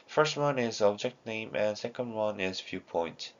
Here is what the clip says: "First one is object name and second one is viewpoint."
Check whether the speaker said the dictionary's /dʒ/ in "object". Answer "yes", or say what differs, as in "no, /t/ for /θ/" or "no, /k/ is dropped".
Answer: yes